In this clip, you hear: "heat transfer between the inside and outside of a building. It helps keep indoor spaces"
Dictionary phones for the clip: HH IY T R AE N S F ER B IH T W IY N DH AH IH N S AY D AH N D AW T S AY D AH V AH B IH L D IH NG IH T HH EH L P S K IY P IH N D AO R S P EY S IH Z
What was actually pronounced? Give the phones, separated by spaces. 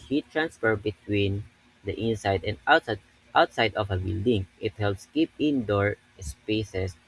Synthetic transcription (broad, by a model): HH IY T R AE N S F ER B IH T W IY N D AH IH N S AY D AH N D AW T S AY D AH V AH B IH L D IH NG IH T HH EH L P S K IY P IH N D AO R S P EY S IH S